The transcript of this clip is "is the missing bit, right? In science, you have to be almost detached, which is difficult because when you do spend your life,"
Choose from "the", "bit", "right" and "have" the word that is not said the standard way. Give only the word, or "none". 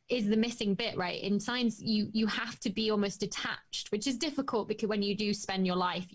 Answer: have